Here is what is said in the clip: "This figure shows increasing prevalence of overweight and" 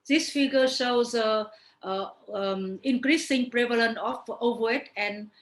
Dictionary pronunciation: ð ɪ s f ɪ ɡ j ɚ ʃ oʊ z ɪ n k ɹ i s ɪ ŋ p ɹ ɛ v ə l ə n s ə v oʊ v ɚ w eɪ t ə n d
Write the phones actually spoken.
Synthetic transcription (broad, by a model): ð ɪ s f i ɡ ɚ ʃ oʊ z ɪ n k ɹ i s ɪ ŋ p ɹ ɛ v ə l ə n ə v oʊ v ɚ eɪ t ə n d